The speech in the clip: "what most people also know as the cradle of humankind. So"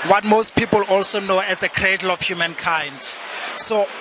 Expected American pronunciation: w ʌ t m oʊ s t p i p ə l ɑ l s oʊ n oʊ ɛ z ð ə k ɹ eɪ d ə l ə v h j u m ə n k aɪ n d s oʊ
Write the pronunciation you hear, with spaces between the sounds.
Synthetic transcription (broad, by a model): w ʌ t m oʊ s t p i p ə l ɑ l s oʊ n oʊ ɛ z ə k ɹ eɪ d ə l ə f h j u m ə n k aɪ n d s oʊ